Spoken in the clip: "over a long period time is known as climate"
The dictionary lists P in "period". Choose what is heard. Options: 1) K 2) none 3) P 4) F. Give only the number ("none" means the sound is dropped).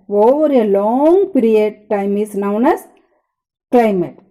3